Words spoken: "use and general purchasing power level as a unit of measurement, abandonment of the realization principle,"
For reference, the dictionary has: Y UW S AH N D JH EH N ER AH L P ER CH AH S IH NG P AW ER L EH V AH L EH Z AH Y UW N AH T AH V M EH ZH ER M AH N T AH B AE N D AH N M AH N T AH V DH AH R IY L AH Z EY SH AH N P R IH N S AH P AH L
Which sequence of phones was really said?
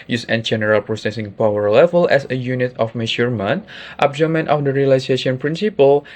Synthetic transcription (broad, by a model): Y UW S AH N JH EH N ER AH L P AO S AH S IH NG P AW ER L EH V AH L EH S AH Y UW N AH T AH F M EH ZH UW M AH N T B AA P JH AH M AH N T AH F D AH R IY L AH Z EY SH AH N P R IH N S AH P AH L